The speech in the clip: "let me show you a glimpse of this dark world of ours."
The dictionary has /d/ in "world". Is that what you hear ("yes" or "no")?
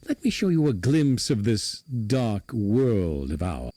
yes